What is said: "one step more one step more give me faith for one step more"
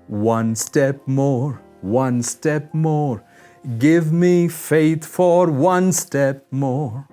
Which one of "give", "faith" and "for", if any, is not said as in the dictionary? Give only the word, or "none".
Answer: none